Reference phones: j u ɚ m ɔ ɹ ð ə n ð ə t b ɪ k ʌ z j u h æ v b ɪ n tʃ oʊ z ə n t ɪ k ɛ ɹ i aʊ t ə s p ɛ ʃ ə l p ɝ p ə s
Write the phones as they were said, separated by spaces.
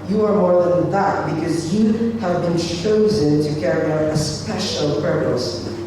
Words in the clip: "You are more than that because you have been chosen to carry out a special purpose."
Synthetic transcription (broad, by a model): j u ɚ m ɔ ɹ ð ə n ð ə t b ɪ k ʌ z j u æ v b ɪ n tʃ oʊ z ə n t ɪ k ɛ ɹ i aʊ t ə s p ɛ ʃ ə l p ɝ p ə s